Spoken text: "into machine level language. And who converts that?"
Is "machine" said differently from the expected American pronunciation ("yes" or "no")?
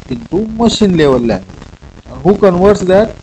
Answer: no